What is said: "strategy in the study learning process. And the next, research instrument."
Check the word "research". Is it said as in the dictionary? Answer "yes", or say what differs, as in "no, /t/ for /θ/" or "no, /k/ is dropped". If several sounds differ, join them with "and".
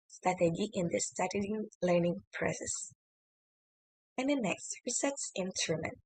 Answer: no, /s/ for /tʃ/